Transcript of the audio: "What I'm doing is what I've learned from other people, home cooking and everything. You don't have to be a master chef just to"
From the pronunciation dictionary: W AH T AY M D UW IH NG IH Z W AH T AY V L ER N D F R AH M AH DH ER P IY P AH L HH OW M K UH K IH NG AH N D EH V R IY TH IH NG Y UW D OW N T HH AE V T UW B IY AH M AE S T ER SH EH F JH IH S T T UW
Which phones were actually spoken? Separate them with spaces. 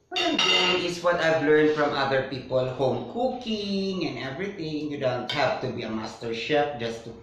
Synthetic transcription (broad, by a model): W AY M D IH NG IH S W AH T AY V L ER N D F R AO M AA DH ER P IY P AH L HH OW M K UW K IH NG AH N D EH V R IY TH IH NG Y UW D OW N T HH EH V T UW B IY AH M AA S T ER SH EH P JH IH S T T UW